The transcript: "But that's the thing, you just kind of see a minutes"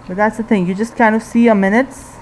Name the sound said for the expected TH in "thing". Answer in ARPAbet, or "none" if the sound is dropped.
TH